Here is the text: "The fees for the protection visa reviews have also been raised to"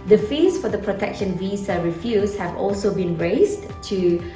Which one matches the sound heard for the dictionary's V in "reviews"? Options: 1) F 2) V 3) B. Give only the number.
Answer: 1